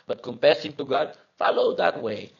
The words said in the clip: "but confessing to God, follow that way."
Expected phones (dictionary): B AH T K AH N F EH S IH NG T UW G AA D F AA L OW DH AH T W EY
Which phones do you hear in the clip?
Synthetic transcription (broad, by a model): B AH T K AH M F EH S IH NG T UW G AA D F AA L OW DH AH T W EY